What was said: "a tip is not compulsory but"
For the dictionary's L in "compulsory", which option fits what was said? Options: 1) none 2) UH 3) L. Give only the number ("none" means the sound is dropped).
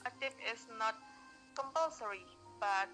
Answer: 3